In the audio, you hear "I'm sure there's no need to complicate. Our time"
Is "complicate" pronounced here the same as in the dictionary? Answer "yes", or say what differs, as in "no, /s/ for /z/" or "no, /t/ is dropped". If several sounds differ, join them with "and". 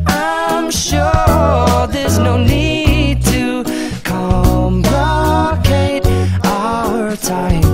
no, /b/ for /p/